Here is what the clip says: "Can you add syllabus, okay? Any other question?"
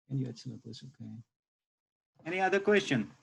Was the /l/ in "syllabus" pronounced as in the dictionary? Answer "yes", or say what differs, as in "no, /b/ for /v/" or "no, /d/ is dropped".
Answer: no, /n/ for /l/